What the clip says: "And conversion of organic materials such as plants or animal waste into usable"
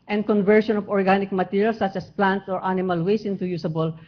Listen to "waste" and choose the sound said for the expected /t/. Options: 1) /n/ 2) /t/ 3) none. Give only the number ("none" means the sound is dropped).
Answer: 3